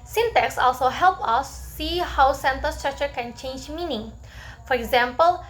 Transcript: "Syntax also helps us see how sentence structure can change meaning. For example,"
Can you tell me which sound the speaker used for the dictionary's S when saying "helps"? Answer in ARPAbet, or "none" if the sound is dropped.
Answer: none